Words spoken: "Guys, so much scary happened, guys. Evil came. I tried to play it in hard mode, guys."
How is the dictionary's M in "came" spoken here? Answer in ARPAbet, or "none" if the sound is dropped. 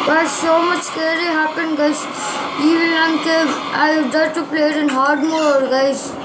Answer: none